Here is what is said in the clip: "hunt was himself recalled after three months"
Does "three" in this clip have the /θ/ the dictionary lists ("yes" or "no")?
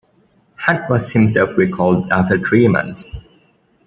no